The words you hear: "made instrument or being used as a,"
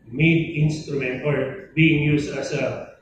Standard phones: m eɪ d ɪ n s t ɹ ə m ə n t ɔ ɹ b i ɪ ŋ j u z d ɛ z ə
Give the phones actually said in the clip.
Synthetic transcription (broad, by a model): m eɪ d ɪ n s t ɹ ə m ə n t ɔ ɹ b i ɪ ŋ j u s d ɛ s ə